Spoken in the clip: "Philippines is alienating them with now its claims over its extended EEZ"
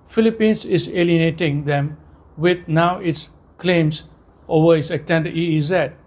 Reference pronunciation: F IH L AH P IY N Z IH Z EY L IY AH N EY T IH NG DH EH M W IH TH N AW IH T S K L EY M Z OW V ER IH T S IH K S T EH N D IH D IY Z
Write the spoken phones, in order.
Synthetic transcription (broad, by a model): F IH L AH P IY N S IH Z EY L IY AH N EY T IH NG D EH M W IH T N AW IH T S K L EY M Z OW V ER IH T S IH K T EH N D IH IY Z